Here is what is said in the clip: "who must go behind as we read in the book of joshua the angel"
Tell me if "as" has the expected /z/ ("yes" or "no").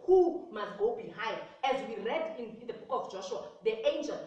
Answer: yes